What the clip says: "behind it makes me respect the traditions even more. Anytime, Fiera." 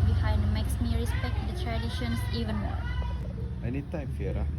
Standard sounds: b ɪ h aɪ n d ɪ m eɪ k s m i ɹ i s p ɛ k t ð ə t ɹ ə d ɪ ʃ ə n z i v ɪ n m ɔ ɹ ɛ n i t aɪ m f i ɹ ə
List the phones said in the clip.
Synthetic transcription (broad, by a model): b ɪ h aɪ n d m eɪ k s m i ɹ i s p ɛ k t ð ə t ɹ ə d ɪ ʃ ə n s i v ɪ n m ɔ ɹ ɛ n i t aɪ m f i ɹ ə